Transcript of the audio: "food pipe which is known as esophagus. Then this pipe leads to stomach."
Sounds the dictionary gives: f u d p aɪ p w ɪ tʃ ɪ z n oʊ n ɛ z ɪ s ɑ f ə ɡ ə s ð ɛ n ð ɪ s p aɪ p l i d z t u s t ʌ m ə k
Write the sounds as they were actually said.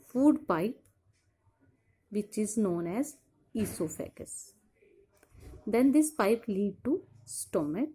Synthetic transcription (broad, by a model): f u d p aɪ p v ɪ tʃ ɪ z n oʊ n ɛ z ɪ s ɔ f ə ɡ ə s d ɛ n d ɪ s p aɪ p l i d t u s t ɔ m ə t